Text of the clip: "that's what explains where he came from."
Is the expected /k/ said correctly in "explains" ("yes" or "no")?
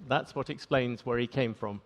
yes